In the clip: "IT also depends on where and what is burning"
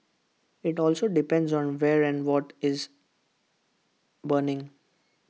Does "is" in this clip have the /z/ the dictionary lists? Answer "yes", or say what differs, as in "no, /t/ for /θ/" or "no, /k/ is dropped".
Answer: yes